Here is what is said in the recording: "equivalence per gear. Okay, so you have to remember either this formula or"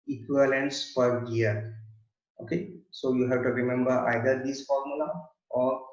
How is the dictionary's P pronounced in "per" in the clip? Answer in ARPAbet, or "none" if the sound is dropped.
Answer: F